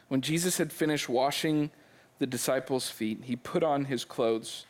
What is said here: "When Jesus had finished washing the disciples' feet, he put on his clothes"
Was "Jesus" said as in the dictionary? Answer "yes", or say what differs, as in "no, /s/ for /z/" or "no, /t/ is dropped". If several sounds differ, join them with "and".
yes